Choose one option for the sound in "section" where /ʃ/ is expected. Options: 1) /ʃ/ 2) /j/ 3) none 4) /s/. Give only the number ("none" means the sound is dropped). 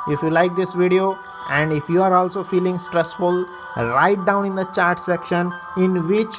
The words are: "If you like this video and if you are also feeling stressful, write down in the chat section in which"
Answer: 1